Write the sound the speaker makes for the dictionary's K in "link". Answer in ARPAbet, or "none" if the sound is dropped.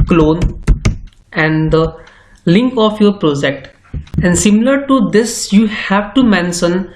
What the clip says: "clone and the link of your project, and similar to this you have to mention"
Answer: K